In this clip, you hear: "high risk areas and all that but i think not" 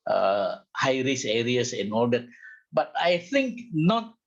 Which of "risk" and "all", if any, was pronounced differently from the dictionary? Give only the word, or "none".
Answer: risk